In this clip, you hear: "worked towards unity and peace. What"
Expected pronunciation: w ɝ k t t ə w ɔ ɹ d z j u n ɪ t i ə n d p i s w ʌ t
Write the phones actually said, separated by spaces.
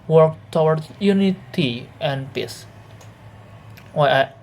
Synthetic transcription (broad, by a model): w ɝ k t t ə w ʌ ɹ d j u n ɪ t i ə n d p i s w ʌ